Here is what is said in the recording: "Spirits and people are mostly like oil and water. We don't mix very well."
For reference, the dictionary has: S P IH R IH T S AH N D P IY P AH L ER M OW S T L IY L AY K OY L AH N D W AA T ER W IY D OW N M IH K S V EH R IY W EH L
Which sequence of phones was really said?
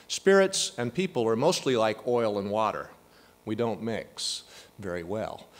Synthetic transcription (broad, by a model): S P IH R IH T S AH N P IY P L ER M OW S T L IY L AY K OY L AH N W AA T ER W IY D OW N M IH K S V EH R IY W EH L